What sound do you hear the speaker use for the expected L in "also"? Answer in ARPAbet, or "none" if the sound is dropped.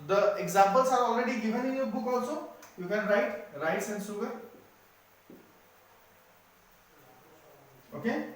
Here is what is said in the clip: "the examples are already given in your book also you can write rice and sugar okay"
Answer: none